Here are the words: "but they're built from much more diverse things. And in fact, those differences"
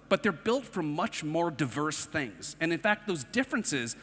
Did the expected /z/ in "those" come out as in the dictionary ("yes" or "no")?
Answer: yes